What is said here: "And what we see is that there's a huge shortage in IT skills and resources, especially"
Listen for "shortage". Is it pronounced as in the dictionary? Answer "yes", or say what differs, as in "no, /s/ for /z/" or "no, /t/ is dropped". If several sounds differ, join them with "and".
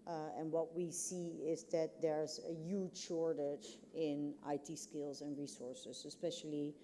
yes